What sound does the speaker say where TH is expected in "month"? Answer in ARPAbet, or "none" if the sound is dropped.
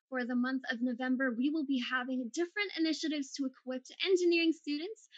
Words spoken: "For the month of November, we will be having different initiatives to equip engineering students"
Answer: TH